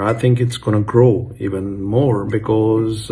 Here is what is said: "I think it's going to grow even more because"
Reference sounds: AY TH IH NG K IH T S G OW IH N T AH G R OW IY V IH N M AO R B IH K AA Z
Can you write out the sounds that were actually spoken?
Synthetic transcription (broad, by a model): AY TH IH NG K IH T S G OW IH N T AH G R OW IY V IH N M AO R B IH K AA Z